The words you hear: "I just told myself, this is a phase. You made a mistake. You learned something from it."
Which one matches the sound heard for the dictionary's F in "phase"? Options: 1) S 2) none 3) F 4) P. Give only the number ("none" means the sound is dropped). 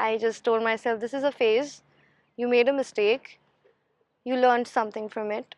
3